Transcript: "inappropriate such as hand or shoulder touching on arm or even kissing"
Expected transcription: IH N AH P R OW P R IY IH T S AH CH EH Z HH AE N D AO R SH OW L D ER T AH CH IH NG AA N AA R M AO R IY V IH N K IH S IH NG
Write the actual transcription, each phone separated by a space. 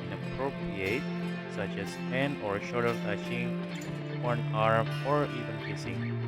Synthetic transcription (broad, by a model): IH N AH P R OW P R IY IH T S AH CH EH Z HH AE N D AO R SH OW D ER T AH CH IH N AA N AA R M AO R IY V IH N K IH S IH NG